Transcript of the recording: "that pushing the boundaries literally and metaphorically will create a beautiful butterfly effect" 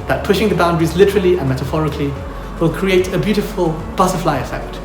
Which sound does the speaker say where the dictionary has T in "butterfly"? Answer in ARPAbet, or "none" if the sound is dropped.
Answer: S